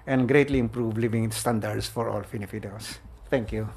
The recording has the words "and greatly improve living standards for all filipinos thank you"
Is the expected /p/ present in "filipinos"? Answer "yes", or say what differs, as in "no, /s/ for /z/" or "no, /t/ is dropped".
no, /f/ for /p/